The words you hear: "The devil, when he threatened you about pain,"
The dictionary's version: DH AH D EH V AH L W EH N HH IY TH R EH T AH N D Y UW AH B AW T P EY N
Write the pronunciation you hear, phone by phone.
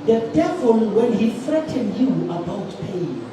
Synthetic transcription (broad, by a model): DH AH D EH V AH L W EH N HH IY F R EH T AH N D Y UW AH B AW T P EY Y